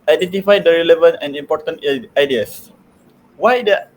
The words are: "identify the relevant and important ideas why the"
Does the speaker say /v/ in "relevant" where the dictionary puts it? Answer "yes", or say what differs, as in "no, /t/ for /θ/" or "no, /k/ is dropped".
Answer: yes